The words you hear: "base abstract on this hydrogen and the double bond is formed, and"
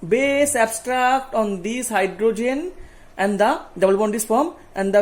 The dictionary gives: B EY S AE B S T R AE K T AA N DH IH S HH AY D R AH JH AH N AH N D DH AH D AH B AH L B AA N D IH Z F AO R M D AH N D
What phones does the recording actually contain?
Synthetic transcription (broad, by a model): B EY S AE B S T R AE K T AA N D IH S HH AY D R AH JH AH N AH N D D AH D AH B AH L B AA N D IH S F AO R M AH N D